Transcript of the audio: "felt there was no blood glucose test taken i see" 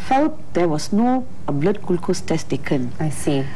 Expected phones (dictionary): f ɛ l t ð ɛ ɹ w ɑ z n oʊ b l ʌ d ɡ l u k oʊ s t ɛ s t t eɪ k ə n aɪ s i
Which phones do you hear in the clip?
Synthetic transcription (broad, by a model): f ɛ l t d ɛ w ɑ s n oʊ b l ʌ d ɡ l k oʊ s t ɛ s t t eɪ k ə n aɪ s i